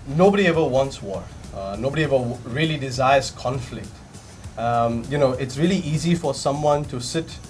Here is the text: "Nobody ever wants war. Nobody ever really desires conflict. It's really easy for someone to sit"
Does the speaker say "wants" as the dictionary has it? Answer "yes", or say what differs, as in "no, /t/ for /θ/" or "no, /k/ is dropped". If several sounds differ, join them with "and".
yes